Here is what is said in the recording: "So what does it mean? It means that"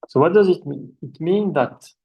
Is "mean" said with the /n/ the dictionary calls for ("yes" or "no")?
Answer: no